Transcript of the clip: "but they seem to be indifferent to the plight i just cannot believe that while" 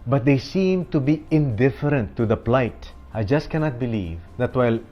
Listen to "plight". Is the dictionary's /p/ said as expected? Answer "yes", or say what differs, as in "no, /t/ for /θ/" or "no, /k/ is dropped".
yes